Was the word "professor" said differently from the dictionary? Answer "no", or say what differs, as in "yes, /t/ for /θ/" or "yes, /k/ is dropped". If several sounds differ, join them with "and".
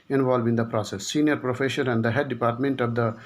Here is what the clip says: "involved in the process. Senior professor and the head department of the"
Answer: yes, /ʃ/ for /s/